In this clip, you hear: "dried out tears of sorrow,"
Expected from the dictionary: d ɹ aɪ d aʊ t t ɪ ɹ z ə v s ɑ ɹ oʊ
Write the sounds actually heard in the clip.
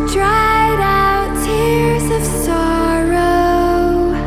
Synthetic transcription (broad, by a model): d ɹ aɪ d aʊ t t ɪ ɹ z ə v s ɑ ɹ oʊ